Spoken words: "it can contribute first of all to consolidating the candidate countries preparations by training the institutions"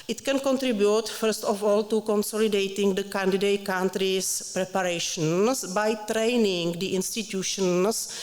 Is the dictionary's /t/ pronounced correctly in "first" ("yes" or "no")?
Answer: yes